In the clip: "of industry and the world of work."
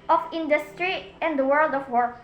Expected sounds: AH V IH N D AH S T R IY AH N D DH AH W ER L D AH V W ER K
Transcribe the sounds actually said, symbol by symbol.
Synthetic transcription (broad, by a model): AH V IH N D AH S T R IY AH N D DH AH W ER L D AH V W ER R